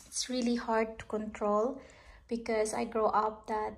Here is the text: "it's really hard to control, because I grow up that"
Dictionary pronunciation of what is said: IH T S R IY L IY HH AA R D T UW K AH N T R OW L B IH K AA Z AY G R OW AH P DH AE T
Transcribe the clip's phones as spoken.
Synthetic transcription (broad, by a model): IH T S R IY L IY HH AA R D T UW K AH N T R OW L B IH K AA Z AY G R OW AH P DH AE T